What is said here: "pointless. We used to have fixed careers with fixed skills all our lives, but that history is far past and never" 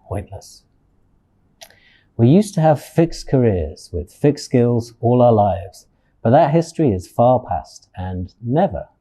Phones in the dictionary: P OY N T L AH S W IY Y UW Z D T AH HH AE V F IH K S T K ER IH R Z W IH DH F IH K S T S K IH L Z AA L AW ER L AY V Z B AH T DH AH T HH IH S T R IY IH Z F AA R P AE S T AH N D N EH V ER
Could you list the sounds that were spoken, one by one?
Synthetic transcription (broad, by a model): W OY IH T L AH S W IY Y UW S T AH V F IH K S K ER IH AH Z W IH DH F IH K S S K IH L Z AA L AW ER L AY V Z B AH T DH AH T HH IH S T R IY IH Z F AA P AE S T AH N N EH V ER